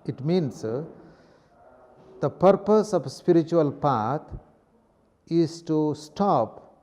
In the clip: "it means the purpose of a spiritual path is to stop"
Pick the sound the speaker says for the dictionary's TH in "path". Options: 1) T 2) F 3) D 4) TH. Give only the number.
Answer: 1